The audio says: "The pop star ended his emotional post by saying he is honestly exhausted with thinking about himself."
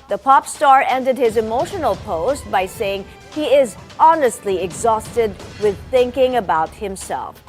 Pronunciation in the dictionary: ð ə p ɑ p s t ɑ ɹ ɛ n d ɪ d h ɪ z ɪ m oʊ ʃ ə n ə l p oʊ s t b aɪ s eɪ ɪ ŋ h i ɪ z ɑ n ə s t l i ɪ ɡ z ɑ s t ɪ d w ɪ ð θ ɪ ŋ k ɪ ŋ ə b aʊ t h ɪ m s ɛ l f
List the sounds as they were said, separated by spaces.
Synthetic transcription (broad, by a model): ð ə p ɑ p s t ɑ ɹ ɛ n d ɪ d h ɪ z ɪ m oʊ ʃ ə n ə l p oʊ s t b aɪ s eɪ ɪ ŋ h i ɪ z ɑ n ə s t l i ɪ ɡ z ɑ s t ɪ d w ɪ ð θ ɪ ŋ k ɪ ŋ ə b aʊ t h ɪ m s ɛ l f